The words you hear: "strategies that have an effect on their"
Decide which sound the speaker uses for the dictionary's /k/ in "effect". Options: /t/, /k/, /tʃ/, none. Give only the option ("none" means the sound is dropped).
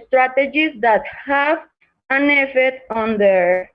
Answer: none